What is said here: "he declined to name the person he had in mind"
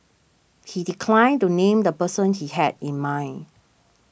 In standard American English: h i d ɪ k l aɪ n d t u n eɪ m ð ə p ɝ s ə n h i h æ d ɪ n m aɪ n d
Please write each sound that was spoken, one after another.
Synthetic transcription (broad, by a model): h i d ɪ k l aɪ n t u n eɪ m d ə p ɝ s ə n h i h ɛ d ɪ n m aɪ n